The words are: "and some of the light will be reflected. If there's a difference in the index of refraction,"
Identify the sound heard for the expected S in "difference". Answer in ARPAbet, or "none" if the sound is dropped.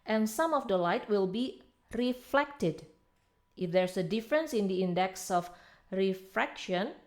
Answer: S